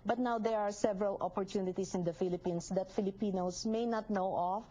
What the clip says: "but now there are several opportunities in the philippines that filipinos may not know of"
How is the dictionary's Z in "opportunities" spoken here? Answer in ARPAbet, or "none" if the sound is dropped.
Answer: S